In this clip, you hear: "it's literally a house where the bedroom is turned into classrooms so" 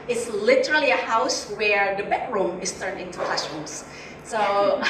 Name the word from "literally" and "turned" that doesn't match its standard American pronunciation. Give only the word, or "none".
turned